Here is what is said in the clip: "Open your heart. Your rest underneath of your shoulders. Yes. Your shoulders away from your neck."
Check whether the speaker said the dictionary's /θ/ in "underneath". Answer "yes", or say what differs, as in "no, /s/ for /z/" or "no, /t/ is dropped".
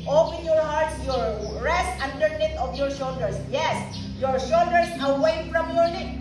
no, /t/ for /θ/